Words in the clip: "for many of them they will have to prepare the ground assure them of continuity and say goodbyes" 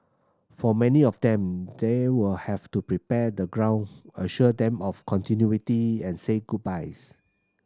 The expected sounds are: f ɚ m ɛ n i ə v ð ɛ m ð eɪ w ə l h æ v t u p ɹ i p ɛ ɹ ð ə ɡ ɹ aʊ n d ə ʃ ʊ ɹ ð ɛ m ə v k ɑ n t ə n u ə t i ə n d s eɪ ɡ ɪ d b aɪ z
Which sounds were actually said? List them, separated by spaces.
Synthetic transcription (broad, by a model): f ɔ m ɛ n i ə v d ɛ m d eɪ w ə l h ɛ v t u p ɹ i p ɛ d ə ɡ ɹ aʊ n ə ʃ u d ɛ m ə f k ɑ n t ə n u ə t i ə n s eɪ ɡ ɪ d b aɪ s